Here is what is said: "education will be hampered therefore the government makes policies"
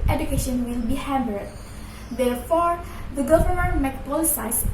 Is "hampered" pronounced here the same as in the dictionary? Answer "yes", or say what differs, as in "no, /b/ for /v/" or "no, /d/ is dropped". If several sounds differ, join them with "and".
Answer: no, /b/ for /p/